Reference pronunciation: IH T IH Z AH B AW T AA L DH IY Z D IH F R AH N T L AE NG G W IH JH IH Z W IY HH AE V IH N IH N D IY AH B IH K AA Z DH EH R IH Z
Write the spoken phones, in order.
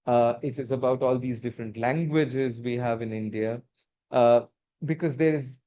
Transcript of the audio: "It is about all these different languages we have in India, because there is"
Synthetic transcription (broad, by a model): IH T IH Z AH B AW T AA L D IY Z D IH F R AH N T L AE NG G W IH JH IH Z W IY HH AE V IH N IH N D IY AH B IH K AA Z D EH R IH Z